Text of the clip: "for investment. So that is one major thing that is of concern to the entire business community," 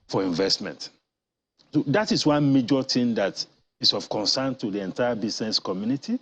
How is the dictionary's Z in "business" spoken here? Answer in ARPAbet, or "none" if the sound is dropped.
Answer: S